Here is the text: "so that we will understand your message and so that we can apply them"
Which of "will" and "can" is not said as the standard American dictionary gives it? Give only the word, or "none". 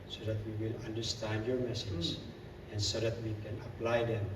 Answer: none